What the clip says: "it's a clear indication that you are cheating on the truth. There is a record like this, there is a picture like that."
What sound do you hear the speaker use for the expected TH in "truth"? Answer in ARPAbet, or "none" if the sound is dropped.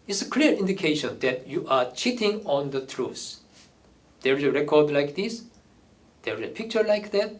S